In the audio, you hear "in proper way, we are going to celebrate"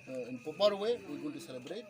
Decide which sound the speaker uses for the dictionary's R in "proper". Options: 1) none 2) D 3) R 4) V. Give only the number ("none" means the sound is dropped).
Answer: 1